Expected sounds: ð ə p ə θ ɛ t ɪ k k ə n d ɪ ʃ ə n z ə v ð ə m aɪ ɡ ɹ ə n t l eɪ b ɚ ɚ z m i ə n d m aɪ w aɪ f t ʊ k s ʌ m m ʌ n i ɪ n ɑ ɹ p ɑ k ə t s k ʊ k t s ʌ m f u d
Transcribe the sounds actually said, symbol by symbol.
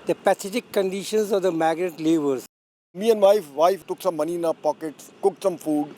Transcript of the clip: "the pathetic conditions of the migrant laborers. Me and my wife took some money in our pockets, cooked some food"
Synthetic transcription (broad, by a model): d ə p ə s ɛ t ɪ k k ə n d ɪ ʃ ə n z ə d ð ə m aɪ ɡ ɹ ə t l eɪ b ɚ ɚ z m i ə n d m aɪ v aɪ f t ʊ k s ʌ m m ʌ n i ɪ n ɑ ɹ p ɑ k ə t s k ʊ k t s ʌ m f u d